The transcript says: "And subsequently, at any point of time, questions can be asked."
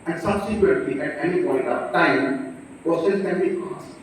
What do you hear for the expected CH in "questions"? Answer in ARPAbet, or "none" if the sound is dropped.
S